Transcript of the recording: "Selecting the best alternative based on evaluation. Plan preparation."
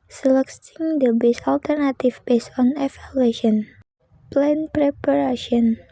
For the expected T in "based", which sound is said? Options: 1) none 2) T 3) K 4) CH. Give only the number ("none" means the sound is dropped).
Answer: 1